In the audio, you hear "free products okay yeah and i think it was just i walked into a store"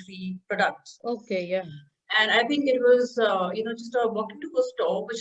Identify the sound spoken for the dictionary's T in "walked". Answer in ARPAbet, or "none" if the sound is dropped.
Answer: none